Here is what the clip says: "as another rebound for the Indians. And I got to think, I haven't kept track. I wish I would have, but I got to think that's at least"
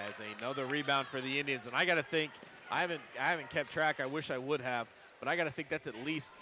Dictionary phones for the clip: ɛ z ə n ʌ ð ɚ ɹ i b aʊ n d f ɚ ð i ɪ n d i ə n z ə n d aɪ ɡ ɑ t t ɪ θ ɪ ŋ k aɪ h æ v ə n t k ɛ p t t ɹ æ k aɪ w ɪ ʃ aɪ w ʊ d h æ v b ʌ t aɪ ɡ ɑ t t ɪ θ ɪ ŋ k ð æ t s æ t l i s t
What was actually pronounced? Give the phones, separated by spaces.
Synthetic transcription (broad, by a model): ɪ z ə n ʌ ð ɚ ɹ i b aʊ n d f ɚ ð i ɪ n d i ə n z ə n aɪ ɡ ɑ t t ɪ θ ɪ ŋ k aɪ h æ v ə n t k ɛ p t t ɹ æ k aɪ w ɪ ʃ aɪ w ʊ d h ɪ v b ʌ t aɪ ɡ ɑ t t ɪ θ ɪ ŋ k ð æ t s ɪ t l i s t